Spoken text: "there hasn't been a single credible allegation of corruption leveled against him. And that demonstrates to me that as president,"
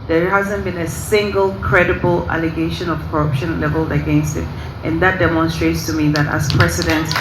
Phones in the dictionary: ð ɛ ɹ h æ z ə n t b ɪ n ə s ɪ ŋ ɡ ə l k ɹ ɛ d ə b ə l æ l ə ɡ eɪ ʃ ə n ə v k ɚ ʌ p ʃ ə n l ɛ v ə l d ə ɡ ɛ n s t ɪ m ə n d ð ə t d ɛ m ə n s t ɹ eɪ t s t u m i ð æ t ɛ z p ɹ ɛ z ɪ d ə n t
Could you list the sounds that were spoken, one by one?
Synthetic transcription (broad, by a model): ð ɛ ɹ h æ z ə n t b ɪ n ə s ɪ ŋ ɡ ə l k ɹ ɛ d ə b ə l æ l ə ɡ eɪ ʃ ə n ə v k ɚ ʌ p ʃ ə n l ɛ v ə l ə ɡ ɛ n s t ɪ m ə n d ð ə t d ɛ m ə n s t ɹ eɪ t s t u m i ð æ t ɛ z p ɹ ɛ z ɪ d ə n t